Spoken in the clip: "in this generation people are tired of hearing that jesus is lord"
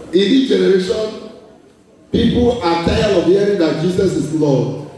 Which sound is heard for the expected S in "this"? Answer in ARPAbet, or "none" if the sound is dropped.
none